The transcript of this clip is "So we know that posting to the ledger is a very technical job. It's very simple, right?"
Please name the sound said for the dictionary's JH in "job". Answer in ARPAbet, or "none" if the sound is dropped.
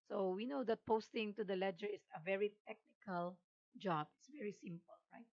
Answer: JH